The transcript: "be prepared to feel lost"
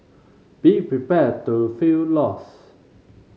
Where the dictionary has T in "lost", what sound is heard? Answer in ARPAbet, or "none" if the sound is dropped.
none